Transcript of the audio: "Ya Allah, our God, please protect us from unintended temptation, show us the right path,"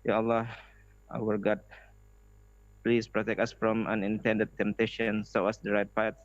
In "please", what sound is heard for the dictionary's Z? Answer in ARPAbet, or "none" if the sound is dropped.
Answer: S